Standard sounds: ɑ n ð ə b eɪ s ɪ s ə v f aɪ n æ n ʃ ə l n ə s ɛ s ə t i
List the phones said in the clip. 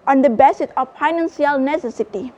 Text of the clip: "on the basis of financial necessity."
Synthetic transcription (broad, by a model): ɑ n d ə b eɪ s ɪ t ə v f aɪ n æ n s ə l n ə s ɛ s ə t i